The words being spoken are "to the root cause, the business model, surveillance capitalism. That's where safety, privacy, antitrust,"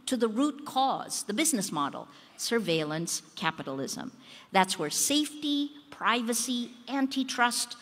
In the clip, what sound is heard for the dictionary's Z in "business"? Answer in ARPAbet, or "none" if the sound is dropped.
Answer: Z